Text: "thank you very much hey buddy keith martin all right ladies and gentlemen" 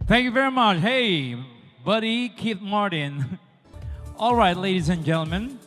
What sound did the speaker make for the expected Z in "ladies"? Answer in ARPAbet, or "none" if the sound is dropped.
Z